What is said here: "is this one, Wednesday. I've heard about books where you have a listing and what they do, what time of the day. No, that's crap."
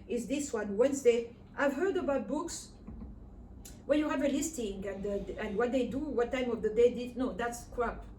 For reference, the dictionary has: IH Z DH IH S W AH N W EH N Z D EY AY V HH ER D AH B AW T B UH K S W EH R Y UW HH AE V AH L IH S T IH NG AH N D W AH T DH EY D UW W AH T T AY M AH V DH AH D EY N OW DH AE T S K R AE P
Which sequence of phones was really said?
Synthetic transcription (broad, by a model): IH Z DH IH S W AH N W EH N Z D EY AY V HH ER D AH B AW T B UH K S W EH L Y UW HH AE V AH L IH S T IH NG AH N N W AH T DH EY D UW W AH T T AY M AH V DH AH D EY N OW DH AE T S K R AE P